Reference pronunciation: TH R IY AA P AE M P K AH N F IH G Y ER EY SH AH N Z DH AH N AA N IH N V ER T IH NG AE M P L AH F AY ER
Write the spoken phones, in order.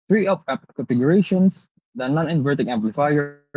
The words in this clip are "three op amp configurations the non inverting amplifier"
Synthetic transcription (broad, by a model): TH R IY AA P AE P K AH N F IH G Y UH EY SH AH N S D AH N AA N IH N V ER T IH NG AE M P L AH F AY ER